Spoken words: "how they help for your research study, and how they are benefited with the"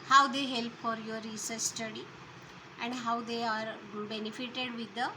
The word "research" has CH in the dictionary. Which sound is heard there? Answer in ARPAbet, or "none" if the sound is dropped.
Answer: S